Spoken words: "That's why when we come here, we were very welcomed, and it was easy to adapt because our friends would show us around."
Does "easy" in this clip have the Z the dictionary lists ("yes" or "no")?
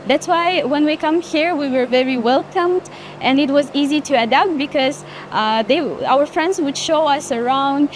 yes